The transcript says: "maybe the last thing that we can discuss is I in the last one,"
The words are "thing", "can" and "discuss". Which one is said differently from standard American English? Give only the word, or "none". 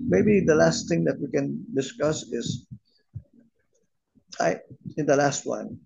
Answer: thing